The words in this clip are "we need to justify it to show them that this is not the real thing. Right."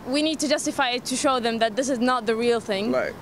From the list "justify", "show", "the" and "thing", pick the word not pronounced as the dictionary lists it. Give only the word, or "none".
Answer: none